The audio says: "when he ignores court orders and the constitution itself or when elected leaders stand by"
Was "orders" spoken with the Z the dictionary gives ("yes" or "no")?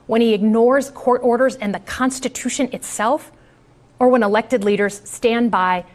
yes